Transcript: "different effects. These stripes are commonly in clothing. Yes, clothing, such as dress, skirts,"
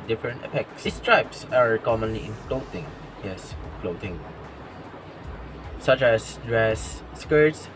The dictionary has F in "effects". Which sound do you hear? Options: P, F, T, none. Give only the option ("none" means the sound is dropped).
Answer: P